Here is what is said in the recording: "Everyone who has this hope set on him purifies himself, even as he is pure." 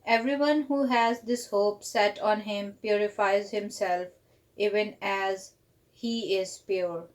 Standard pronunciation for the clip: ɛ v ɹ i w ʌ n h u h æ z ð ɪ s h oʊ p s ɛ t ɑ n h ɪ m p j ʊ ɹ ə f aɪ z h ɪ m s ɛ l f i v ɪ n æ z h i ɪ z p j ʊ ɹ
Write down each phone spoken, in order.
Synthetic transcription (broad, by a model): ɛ v ɹ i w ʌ n h u h æ z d ɪ s h oʊ p s ɛ t ɑ n h ɪ m p j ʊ ɹ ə f aɪ z h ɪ m s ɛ l f i v ɪ n æ z h i ɪ z p j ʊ ɹ